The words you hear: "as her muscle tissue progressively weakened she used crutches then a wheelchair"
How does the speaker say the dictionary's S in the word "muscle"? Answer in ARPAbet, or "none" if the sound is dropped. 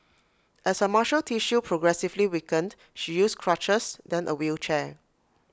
SH